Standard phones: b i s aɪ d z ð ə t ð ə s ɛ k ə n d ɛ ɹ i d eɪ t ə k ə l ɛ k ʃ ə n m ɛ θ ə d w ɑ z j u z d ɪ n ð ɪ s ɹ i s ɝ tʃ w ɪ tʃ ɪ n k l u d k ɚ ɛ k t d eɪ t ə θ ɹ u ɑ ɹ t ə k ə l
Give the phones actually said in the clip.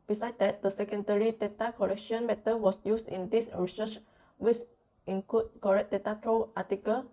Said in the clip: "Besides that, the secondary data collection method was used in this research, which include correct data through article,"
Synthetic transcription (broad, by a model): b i s aɪ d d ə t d ə s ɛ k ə n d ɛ ɹ i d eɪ t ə k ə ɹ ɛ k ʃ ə n m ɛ t ə w ɑ s j u s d ɪ n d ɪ s ɹ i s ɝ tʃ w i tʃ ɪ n k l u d k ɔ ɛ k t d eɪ t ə t ɹ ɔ ɑ t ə k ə l